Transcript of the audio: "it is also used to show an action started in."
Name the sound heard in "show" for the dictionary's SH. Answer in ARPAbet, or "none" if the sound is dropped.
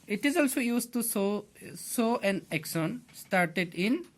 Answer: S